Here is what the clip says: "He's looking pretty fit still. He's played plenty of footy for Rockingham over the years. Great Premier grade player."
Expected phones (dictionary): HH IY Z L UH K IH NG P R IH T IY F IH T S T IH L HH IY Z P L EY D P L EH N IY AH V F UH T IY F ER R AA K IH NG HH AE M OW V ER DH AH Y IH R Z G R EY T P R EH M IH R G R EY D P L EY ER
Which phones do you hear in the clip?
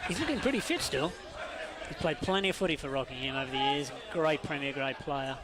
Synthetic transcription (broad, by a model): HH IY Z L UH K IH NG P R IH T IY F IH T S T IH L HH IY Z P L EY D P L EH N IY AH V F UH T IY F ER R AA K IH NG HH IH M OW V ER DH AH Y IH R Z G R EY T P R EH M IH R G R EY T P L EY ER